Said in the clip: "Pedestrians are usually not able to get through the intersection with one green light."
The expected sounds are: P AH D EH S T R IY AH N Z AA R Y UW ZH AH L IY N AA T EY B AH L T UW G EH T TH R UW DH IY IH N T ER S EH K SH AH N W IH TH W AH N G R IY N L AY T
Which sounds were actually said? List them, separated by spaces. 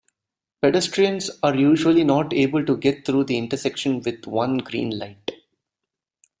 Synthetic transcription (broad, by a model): P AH D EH S T R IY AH N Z AA R Y UW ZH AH L IY N AA T EY B AH L T UW G EH T T R UW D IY IH N T ER S EH K SH AH N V IH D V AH N G R IY N L AY T